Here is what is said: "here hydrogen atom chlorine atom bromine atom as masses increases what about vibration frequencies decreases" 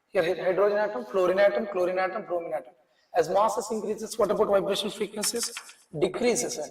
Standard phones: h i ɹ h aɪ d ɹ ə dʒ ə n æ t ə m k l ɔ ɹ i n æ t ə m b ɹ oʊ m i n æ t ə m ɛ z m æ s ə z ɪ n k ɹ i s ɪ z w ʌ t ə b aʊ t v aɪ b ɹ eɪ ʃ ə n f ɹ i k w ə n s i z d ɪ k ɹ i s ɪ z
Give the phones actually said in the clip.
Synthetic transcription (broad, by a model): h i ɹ h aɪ d ɹ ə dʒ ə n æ t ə m k l ɔ ɹ i n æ t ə m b ɹ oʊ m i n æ t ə m ɛ z m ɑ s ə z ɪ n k ɹ i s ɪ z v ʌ t ə b aʊ t v aɪ b ɹ eɪ ʃ ə n f i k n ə s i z d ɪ k ɹ i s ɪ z